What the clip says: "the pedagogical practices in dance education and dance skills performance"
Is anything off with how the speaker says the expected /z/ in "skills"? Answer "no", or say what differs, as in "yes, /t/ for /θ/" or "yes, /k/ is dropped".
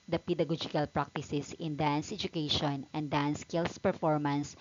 yes, /s/ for /z/